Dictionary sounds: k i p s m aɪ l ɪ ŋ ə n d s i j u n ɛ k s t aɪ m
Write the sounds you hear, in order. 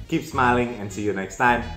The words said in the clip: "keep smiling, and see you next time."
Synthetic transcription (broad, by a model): k i p s m aɪ l ɪ ŋ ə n s i j u n ɛ k s t aɪ m